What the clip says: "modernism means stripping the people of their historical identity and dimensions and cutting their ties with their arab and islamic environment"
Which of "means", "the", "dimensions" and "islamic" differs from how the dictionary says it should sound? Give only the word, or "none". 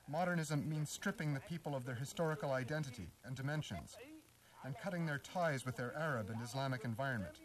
none